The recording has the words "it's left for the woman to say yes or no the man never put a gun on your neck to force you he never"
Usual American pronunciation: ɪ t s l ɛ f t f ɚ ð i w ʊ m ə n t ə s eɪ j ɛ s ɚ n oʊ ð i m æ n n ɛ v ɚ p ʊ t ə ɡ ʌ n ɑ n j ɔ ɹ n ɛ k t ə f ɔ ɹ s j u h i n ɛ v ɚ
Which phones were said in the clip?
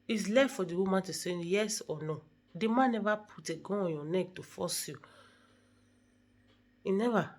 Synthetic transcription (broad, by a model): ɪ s l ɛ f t f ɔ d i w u m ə n t ə s eɪ j ɛ s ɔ n oʊ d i m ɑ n n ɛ v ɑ p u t ə ɡ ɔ ɑ n j ɔ n ɛ k t ə f ɔ s j u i n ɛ v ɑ